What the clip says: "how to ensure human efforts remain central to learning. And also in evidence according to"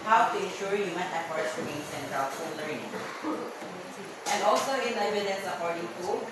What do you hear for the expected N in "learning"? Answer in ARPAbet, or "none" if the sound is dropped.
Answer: none